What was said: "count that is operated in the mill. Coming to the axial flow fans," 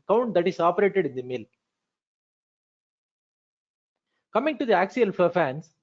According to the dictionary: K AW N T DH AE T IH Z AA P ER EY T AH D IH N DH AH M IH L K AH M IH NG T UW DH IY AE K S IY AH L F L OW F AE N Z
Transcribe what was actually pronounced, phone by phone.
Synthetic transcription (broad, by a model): K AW N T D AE T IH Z AA P ER EY T AH D IH N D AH M IH L K AH M IH NG T UW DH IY AE K S IY AH L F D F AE N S